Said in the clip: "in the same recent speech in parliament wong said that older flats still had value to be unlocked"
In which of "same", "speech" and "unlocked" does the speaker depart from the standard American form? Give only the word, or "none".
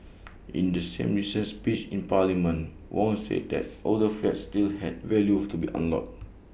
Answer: unlocked